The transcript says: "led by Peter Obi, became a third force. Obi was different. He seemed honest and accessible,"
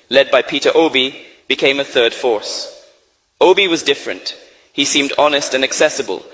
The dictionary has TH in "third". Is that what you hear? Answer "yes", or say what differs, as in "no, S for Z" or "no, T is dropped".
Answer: yes